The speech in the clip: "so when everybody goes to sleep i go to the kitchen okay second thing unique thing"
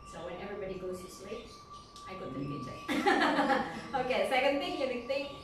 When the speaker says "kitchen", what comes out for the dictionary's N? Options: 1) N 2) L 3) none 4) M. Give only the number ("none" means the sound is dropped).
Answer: 3